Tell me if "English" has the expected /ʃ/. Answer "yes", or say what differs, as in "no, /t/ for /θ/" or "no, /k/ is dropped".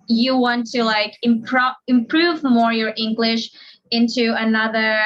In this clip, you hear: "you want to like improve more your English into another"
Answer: yes